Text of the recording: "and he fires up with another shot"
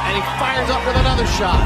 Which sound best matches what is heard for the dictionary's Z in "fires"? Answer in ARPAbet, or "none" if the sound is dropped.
Z